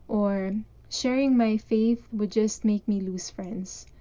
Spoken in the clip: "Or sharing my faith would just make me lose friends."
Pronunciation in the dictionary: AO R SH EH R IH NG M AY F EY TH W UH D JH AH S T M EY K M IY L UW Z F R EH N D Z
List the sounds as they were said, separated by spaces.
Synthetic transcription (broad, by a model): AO R SH EH R IH NG M AY F EY TH W UH D JH AH S T M EY K M IY L UW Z F R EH N D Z